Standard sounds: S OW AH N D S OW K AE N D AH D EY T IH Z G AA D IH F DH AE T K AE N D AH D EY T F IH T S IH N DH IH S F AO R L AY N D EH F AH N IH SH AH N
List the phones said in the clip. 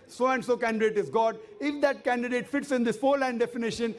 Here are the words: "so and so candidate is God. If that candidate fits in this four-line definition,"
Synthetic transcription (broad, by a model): S OW AH N D S OW K AE N D AH D EY T IH Z G AA D IH F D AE T K AE N D AH D EY T F IH T S IH N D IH S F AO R L AY N D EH F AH N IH SH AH N